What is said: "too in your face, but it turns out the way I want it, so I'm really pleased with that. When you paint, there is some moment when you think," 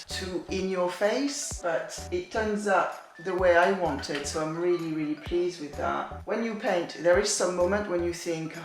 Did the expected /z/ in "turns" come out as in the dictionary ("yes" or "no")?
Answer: yes